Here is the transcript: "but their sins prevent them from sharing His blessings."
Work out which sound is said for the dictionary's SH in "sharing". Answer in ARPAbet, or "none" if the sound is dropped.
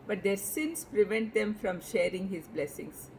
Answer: SH